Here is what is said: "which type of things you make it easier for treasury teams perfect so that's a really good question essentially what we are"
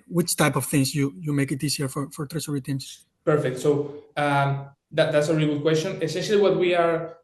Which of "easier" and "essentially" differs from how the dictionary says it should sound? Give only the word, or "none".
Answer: easier